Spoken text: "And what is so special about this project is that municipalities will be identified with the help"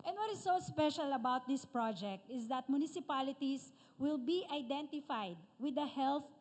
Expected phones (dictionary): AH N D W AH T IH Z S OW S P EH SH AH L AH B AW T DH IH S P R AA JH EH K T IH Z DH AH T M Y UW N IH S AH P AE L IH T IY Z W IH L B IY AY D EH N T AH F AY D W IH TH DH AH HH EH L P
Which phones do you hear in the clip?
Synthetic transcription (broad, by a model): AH N D W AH T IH S OW S P EH SH AH L AH B AW T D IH S P R AA JH EH K T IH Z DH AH T M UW N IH S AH P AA L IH T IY S W IH L B IY AY D EH N T AH F AY D W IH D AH HH EH L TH